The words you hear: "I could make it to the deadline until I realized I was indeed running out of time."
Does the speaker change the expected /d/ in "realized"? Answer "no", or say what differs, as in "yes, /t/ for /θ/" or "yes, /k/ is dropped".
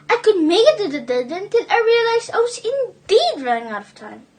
yes, /d/ is dropped